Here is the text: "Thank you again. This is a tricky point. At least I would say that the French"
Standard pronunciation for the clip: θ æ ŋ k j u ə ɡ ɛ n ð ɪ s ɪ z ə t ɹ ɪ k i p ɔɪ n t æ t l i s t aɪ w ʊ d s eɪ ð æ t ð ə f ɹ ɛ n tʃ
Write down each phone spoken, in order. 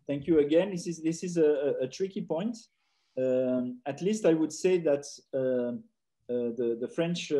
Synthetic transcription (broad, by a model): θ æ ŋ k j u ə ɡ ɛ n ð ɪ s ɪ z ə t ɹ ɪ k i p ɔɪ n t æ t l i s t aɪ w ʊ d s eɪ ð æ t ð ə f ɹ ɛ n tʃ